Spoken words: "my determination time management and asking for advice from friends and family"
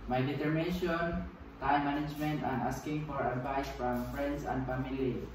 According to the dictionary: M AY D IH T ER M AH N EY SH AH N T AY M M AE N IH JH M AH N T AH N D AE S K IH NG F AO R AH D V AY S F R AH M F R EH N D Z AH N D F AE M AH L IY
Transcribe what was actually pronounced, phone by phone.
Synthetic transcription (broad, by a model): M AY D IH T ER M AH N EY SH AH N T AY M M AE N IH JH M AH N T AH N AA S K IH NG F AO R AH D V AY S F R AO M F R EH N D S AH N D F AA M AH L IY